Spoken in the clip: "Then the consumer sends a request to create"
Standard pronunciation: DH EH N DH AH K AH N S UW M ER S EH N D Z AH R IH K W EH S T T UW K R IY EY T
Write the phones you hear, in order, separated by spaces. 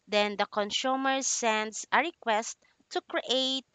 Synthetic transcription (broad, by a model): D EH N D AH K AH N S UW M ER S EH N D S AH R IH K W EH S T T UW K R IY EY T